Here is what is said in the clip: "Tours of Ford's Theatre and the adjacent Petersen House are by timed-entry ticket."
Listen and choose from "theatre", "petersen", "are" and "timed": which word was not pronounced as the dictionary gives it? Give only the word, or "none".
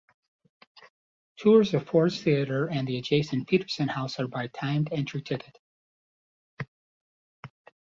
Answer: none